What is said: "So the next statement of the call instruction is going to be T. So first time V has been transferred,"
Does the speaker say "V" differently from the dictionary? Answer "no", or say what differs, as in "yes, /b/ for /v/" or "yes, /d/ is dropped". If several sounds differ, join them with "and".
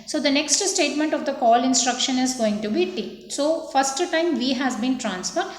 no